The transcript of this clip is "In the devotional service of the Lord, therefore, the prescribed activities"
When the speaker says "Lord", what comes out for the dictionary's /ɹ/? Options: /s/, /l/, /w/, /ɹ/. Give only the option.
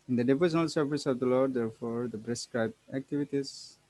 /ɹ/